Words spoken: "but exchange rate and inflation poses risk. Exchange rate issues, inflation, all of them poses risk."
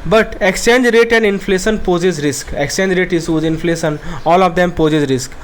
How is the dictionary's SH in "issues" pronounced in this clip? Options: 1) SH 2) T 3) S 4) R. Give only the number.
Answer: 3